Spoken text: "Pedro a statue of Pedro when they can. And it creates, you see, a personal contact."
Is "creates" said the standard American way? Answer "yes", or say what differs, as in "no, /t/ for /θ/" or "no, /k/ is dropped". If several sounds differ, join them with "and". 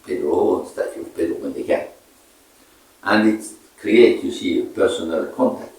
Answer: no, /s/ is dropped